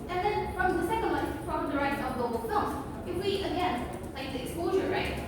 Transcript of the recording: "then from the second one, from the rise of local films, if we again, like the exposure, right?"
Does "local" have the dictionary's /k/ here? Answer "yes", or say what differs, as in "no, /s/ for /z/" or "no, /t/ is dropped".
no, /k/ is dropped